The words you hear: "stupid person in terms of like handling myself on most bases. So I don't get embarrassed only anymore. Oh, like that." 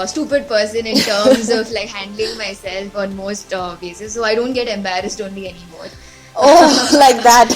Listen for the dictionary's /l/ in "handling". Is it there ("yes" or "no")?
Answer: yes